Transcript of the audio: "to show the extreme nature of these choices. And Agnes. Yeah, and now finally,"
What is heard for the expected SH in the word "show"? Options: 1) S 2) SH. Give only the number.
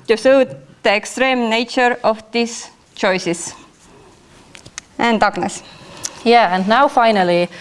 1